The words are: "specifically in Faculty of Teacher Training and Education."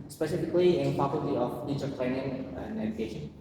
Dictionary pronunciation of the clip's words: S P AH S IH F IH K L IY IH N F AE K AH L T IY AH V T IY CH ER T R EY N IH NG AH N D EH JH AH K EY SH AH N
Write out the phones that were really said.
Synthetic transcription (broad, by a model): S P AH S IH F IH K L IY IH N P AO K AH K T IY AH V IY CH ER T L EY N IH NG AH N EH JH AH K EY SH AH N